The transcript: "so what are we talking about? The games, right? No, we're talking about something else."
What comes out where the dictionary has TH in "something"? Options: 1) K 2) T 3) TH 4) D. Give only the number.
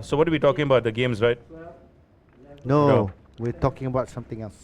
2